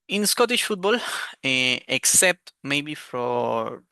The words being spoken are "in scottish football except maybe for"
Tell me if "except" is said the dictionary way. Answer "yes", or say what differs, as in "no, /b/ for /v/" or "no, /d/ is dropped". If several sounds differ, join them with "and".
yes